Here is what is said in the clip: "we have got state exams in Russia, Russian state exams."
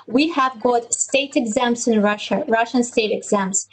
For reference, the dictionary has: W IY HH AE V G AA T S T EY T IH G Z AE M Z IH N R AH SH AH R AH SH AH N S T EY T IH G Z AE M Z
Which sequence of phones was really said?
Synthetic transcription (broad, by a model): W IY HH AE V G AA T S T EY T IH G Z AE M S IH N R AH SH AH R AH SH AH N S T EY T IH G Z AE M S